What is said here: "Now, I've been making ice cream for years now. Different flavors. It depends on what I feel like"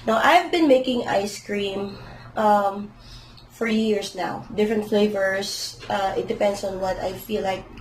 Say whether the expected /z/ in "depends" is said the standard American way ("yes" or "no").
no